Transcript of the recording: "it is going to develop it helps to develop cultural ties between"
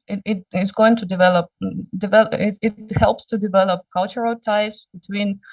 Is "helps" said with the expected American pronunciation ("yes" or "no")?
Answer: yes